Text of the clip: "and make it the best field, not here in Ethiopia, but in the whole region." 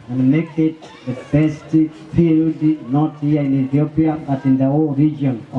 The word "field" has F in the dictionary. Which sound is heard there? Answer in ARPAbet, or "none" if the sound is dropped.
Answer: P